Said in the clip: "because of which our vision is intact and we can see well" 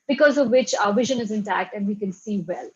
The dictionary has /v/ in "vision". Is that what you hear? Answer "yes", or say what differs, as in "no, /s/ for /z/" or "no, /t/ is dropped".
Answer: yes